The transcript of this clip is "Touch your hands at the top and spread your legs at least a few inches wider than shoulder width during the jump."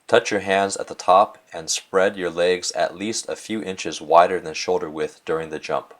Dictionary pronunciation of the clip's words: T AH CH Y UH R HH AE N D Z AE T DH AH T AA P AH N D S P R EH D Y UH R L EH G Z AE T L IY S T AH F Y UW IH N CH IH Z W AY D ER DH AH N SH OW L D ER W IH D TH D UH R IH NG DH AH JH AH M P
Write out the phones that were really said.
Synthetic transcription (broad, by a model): T AH CH Y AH R HH AE N D Z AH T DH AH T AA P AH N S P R EH D Y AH R L EH G Z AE T L IY S T AH F Y UW IH N CH IH Z W AY D ER DH AH N SH OW L D ER W IH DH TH D UH R IH NG DH AH JH AH M P